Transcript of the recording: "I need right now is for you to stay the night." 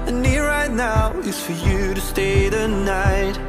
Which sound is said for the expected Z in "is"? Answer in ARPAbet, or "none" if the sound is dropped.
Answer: S